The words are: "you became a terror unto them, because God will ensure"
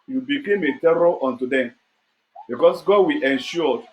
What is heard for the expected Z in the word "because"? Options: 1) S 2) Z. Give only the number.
1